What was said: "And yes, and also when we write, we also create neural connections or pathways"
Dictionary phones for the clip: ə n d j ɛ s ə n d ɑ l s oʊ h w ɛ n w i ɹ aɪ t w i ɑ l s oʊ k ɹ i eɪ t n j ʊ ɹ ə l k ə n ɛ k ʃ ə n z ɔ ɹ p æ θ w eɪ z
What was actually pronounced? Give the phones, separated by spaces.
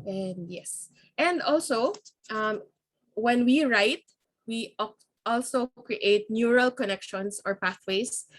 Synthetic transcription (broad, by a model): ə n d j ɛ s ə n d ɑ l s oʊ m w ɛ n w i ɹ aɪ t w i ɑ l s oʊ k ɹ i eɪ t n j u ɹ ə l k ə n ɛ k ʃ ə n s ɔ ɹ p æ θ w eɪ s